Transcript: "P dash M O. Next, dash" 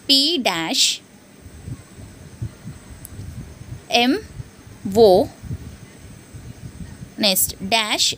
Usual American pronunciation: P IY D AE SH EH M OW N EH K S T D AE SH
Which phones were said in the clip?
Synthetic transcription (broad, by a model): P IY D AE SH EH M OW N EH S T D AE SH